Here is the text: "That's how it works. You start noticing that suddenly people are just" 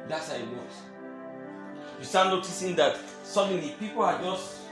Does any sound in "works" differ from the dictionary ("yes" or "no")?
yes